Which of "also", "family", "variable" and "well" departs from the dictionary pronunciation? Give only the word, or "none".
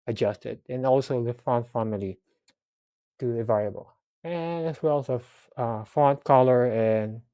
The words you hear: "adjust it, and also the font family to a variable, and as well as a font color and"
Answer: variable